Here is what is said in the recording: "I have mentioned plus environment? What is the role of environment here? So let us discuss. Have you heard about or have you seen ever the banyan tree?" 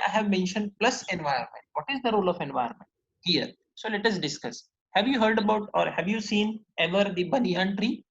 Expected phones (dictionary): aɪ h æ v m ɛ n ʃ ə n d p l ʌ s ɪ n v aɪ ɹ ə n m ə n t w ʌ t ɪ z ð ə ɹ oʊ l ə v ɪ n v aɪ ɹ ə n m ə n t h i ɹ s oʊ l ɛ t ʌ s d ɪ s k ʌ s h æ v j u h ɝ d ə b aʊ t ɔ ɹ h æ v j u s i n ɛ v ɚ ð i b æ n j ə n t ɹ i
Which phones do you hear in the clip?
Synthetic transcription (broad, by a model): aɪ h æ v m ɛ n ʃ ə n d p l ʌ s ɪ n v aɪ ə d m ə n t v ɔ t ɪ z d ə ɹ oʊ l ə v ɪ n v aɪ ə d m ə n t h i ɹ s oʊ l ɛ t ʌ s d ɪ s k ʌ s h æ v j u h ɝ d ə b aʊ t ɔ ɹ h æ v j u s i n ɛ v ɚ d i b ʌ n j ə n t ɹ i